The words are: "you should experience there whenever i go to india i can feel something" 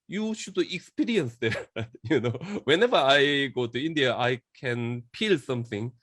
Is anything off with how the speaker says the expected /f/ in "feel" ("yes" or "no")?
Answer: yes